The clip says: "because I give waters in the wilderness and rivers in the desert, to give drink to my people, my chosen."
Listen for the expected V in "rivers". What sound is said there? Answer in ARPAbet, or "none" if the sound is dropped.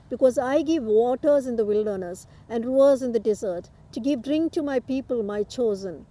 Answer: none